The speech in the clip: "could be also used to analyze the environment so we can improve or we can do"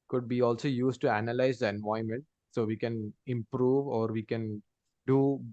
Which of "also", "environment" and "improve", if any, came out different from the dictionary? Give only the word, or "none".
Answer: environment